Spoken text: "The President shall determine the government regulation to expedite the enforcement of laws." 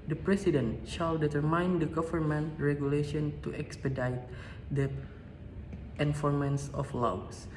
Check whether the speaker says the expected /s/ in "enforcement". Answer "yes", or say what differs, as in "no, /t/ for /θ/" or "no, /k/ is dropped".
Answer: no, /s/ is dropped